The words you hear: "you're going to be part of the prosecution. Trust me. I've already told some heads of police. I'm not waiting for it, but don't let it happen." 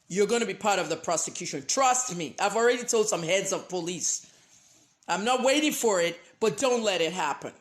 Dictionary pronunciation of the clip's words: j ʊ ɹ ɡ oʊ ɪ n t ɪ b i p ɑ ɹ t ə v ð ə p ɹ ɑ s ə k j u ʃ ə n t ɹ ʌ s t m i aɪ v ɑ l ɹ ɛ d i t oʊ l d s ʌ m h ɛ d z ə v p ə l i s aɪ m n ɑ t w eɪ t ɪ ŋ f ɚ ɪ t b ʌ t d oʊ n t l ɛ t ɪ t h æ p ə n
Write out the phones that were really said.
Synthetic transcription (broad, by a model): j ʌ ɹ ɡ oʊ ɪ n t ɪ b i p ɑ ɹ t ə v ð ə p ɹ ɑ s ə k j u ʃ ə n t ɹ ʌ s t m i aɪ v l ɹ ɛ d i t oʊ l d s ʌ m h ɛ d z ə v p ə l i s aɪ m n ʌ t w eɪ t ɪ ŋ f ɚ ɪ t b ʌ t d oʊ n t l ɛ t ɪ t h æ p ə n